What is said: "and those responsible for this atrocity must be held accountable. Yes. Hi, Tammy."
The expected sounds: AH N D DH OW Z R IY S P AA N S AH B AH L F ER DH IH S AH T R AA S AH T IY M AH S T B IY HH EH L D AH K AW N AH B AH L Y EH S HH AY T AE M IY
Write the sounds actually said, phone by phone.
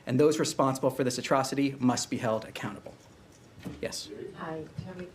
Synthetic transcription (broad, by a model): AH N DH OW Z R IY S P AA N S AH B L F ER DH IH S AH T R AA S AH T IY M AH S T B IY HH EH L D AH K AW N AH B L Y EH S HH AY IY